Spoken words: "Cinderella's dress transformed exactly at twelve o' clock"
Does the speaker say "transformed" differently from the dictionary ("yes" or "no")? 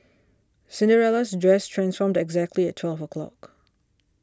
no